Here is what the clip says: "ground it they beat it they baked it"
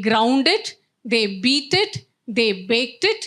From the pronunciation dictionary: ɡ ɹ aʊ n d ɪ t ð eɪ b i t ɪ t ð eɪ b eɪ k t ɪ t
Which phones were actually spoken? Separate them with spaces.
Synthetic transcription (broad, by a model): ɡ ɹ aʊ n d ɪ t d eɪ b i t ɪ t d eɪ b eɪ k t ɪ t